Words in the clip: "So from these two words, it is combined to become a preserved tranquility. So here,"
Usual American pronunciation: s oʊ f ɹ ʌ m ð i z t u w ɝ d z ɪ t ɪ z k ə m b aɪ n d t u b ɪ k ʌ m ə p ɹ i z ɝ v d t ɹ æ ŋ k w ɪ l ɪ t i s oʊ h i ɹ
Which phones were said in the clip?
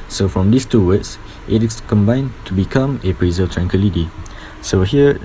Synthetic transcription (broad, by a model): s oʊ f ɹ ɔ m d i s t u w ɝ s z ɪ t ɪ s k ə m b aɪ n t u b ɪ k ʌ m ə p ɹ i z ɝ t ɹ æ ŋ k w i l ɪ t i s oʊ h i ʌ